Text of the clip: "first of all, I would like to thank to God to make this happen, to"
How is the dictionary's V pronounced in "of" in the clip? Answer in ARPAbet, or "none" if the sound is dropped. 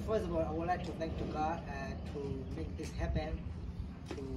B